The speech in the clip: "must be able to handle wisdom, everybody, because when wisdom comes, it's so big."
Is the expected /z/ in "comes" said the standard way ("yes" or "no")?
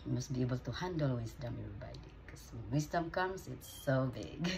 no